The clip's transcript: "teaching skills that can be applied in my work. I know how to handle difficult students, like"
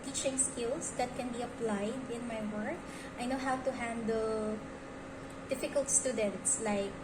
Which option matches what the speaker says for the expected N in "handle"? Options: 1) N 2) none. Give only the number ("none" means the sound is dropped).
1